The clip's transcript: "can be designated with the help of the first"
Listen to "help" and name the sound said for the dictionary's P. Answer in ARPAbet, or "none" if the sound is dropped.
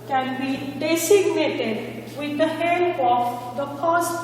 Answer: none